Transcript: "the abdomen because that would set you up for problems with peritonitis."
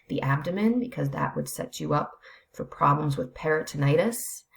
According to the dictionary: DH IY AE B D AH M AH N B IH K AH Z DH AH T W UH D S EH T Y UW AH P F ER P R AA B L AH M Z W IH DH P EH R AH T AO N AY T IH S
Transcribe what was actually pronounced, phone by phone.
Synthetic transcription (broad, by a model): DH IY AE B D AH M AH N B IH K AH Z DH AH T W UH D S EH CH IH AH P F ER P R AA B L AH M Z W IH DH P EH R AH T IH N AY T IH S